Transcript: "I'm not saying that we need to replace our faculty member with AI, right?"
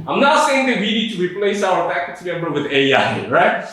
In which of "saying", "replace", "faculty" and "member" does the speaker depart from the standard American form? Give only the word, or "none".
faculty